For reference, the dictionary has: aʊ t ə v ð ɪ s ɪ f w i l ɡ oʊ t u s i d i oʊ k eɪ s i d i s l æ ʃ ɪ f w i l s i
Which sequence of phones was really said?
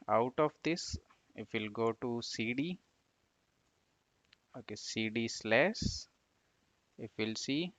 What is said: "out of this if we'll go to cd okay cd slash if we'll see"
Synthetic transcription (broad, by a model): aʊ t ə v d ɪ s ɪ f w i l ɡ oʊ t u s i d i oʊ k eɪ s i d i s l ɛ s ɪ f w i l s i